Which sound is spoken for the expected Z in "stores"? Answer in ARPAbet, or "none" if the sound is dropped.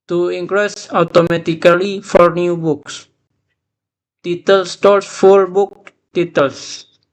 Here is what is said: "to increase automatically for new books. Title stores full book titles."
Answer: S